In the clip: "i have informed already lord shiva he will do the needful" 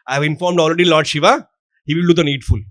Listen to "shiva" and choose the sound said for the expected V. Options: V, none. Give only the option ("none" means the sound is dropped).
V